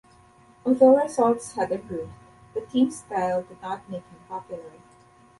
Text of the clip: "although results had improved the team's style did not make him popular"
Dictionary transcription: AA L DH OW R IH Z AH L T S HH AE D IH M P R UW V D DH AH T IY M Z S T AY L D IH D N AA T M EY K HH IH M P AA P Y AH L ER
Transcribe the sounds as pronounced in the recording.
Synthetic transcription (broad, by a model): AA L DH OW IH S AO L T S HH AE D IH P R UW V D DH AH T IY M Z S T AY L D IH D N AA T M EY K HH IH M P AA P Y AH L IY